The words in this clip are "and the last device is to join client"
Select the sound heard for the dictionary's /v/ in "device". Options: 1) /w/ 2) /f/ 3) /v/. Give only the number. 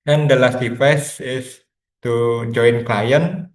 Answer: 2